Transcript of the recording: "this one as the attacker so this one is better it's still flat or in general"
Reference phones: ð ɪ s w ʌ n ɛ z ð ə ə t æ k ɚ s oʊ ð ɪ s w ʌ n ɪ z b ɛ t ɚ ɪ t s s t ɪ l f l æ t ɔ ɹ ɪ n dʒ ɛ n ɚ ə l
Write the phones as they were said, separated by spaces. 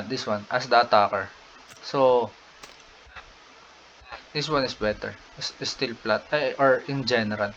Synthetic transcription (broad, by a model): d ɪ s w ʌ n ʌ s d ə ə t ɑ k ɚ s oʊ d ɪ s w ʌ n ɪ s b ɛ t ɚ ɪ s s t ɪ l p l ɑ t ɔ ɹ ɪ n dʒ ɛ n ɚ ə l